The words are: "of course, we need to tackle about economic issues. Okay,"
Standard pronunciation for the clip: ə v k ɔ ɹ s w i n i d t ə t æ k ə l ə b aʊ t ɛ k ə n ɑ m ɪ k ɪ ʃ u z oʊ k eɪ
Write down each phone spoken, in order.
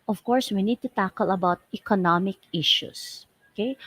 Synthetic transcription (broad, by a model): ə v k ɔ ɹ s w i n i d t ə t æ k ə l ə b aʊ t ɛ k ə n ɑ m ɪ k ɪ ʃ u s oʊ k eɪ